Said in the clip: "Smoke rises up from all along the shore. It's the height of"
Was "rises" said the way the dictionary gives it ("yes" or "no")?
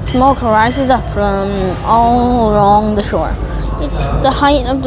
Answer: yes